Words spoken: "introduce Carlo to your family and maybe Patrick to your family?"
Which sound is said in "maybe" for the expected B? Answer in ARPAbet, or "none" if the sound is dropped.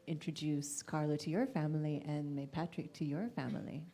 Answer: none